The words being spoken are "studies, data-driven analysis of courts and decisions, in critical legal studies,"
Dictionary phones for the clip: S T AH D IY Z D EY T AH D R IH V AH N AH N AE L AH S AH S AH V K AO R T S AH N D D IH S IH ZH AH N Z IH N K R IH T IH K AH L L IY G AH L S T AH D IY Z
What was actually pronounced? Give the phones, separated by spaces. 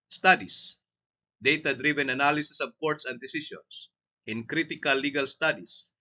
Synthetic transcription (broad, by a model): S T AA D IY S D EY T AH D R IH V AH N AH N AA L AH S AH S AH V K AO R T S AH N D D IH S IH S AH N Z IH N K R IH T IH K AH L L IY G AH L S T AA D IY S